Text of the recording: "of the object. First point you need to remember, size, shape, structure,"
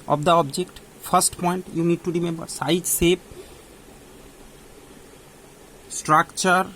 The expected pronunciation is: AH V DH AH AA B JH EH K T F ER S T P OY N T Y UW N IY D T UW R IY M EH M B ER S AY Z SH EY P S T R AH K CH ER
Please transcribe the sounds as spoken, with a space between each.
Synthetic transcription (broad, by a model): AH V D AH AA B JH EH K T P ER S T P OY N T Y UW N IY D T UW R IY M EH M B ER S AY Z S EY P S T R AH K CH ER